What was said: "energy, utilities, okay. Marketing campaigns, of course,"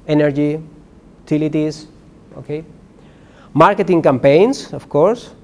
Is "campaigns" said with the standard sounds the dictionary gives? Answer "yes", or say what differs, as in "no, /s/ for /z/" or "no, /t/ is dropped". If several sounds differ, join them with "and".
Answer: no, /s/ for /z/